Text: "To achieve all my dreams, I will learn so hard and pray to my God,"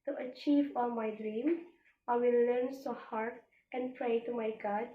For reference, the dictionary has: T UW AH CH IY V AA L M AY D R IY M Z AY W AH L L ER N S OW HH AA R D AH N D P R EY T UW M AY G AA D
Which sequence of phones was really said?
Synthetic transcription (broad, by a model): T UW AH CH IY V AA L M AY D R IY M AY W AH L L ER N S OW HH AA R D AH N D P R EY T UW M AY G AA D